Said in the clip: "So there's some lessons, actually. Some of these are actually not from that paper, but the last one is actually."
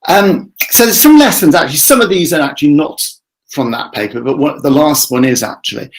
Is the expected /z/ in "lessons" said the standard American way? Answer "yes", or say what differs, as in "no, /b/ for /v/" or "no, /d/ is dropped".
yes